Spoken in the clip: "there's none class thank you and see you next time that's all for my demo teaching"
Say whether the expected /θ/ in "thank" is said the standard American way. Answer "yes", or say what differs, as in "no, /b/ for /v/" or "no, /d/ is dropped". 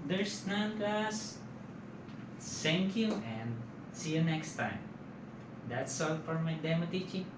no, /s/ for /θ/